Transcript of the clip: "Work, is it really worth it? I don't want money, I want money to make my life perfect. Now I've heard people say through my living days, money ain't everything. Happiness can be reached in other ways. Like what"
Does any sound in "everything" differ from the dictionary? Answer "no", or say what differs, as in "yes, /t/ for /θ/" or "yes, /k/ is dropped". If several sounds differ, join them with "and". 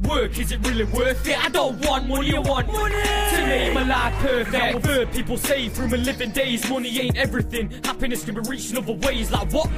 no